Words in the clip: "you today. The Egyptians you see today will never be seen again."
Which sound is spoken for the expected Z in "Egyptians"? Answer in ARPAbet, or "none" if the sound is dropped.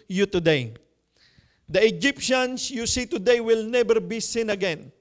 S